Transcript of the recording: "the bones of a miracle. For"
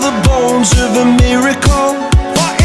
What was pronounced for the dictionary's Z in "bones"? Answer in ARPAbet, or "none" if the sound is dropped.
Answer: Z